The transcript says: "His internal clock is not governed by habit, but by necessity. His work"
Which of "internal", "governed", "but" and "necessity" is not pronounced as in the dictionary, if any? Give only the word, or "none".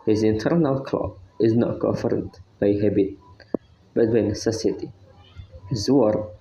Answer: governed